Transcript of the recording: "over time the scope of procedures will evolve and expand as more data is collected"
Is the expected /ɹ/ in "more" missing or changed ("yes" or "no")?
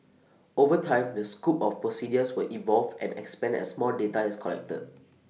yes